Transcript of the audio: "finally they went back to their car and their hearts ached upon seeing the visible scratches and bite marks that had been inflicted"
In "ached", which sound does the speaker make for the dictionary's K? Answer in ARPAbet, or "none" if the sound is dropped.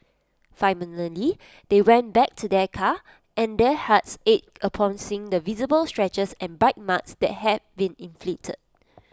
none